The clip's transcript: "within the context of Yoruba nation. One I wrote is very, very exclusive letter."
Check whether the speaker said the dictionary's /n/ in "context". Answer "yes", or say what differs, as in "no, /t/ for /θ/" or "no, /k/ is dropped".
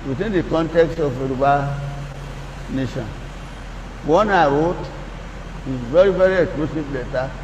yes